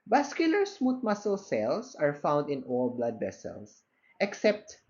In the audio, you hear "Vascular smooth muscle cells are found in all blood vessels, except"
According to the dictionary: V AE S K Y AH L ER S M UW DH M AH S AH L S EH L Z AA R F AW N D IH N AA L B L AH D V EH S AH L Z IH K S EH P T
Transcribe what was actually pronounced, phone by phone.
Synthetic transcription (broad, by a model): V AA S K Y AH L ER S M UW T M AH S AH L S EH L S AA R F AW N D IH N AA L B L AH D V EH S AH L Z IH K S EH P T